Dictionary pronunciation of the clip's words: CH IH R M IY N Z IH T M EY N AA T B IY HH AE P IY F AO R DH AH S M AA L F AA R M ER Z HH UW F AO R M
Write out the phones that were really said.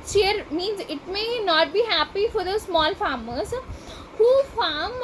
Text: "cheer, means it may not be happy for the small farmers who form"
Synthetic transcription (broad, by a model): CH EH R M IY N Z IH T M EY N AA T B IY HH AE P IY F AO R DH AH S M AA L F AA R M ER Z HH UW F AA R M